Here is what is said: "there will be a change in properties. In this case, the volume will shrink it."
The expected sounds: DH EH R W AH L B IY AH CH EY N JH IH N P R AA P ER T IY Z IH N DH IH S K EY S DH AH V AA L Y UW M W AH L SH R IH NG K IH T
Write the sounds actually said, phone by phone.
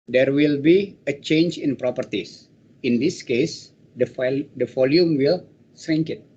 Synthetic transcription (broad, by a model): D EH R W AH L B IY AH CH EY N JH IH N P R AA P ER T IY S IH N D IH S K EY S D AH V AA L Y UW M W AH L S R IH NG K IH T